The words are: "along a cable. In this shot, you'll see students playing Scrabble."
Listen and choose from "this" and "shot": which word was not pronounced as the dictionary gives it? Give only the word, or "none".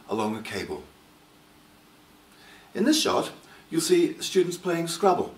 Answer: none